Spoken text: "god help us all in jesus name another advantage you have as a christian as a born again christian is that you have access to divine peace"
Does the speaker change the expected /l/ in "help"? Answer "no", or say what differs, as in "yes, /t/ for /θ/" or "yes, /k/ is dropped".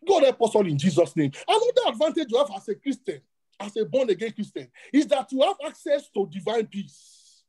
yes, /l/ is dropped